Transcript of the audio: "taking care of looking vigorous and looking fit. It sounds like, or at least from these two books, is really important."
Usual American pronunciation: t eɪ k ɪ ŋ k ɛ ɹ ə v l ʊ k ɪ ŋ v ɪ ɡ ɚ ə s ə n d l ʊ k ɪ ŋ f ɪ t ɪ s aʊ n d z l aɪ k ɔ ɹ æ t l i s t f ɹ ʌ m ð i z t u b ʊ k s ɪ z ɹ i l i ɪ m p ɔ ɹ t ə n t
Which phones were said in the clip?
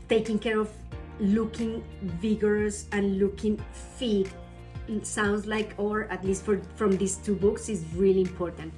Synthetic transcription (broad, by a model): t eɪ k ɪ ŋ k ɛ ɹ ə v l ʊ k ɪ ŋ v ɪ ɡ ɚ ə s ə n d l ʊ k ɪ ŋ f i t s aʊ n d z l aɪ k ɔ ɹ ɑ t l i s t f ɹ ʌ m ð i s t u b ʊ k s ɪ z ɹ i l i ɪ m p ɔ ɹ t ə n t